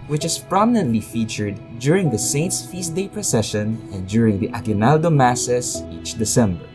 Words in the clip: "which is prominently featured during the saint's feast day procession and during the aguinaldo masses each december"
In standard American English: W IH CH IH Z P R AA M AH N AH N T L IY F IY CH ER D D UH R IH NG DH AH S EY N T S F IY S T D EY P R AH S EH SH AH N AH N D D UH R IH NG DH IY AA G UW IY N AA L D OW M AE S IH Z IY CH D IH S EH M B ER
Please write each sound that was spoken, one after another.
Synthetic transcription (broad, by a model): W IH CH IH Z P R AA M AH N AH N T L IY F IY CH ER D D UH R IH NG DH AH S EY N T S F IY S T D EY P R AH S EH SH AH N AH N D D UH R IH NG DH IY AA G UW N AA L D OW M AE S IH S IY CH D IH S EH M B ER